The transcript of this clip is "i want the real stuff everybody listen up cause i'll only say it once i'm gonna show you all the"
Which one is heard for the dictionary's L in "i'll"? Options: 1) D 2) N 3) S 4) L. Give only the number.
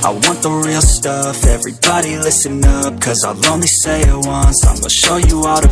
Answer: 4